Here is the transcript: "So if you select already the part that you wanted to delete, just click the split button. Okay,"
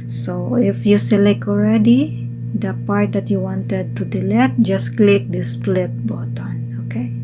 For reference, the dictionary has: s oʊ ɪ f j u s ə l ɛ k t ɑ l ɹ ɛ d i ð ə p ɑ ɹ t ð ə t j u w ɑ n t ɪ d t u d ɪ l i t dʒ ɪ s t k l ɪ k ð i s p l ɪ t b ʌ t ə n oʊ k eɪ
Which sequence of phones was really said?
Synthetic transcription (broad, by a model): s oʊ ɪ f j u s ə l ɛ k ɑ l ɹ ɛ d i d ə p ɑ ɹ t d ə t j u w ɑ n t ɪ d t u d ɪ l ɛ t dʒ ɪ s k l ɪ k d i s p l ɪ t b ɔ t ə n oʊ k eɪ